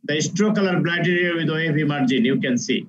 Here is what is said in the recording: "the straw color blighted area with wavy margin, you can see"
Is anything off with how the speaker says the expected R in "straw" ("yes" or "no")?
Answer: no